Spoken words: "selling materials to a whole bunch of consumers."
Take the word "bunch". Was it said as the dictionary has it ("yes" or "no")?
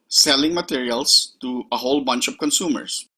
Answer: yes